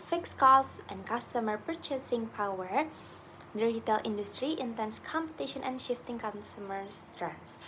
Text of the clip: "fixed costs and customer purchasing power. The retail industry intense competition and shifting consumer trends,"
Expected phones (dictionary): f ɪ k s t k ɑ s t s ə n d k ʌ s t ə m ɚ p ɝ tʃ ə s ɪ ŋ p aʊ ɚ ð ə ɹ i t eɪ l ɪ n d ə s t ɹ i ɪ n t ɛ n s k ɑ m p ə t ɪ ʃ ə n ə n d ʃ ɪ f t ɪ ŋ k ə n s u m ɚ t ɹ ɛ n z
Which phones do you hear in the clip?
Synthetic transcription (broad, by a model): f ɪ k s k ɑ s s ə n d k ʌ s t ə m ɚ p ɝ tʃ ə s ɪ ŋ p aʊ ɚ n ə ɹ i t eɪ l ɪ n d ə s t ɹ i ɪ n t ɛ n s k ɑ m p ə t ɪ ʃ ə n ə n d ʃ ɪ f t ɪ ŋ k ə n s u m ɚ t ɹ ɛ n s